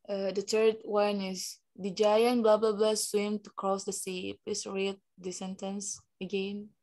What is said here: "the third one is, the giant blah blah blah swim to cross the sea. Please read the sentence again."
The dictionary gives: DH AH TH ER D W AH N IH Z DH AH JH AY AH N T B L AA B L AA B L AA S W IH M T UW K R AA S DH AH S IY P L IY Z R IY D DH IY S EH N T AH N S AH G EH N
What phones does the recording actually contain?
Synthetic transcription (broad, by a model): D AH T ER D W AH N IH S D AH JH AY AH N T B L AA B L AA B L AA S W IH M T UW K R AA S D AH S IY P IY S R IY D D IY S EH N T AH N S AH G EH N